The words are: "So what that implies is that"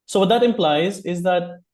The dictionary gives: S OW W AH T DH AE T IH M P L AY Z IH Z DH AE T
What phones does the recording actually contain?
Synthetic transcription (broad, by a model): S OW W AH T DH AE T IH M P L AY Z IH Z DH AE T